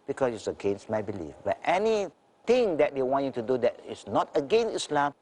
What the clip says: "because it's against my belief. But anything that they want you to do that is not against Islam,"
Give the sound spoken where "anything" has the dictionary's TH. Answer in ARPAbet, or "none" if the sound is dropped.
T